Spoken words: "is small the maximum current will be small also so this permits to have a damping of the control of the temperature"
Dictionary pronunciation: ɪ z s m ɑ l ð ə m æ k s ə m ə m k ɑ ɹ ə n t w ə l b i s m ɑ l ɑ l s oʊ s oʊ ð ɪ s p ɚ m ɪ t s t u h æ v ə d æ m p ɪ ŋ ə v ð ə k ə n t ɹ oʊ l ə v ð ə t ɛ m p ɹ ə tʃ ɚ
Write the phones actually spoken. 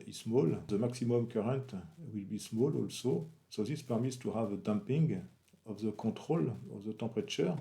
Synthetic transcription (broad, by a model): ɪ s m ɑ l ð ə m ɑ k s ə m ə m k ɑ ɹ ə n t w ə l b i s m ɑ l ɑ l s oʊ s oʊ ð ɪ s p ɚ m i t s t u h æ v ə d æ m p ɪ ŋ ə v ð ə k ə t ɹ oʊ l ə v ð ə t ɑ p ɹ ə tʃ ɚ